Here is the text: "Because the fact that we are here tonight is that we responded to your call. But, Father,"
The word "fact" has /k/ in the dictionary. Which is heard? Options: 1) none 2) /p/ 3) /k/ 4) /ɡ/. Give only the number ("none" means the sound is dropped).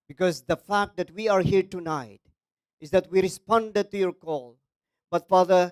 3